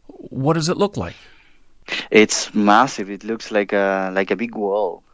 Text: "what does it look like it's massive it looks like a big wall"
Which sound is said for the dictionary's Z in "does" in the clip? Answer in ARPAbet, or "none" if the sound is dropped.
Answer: Z